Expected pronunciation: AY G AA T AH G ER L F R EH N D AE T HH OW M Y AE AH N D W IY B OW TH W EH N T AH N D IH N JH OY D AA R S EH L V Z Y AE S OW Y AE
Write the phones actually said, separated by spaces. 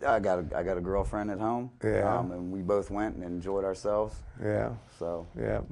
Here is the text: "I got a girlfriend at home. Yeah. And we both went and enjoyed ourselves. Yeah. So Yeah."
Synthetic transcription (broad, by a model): AY G AA T AH G ER L F R EH N D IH T HH OW M Y AE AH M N W IY B OW TH W EH N T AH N IH N JH OY D AA R S EH L V Z Y AE S OW Y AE